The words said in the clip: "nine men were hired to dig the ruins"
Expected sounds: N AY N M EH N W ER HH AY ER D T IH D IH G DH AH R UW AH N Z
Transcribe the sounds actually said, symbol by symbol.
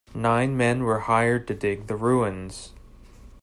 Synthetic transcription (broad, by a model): N AY N M EH N W ER HH AY ER D T IH D IH G DH AH R UW AH N Z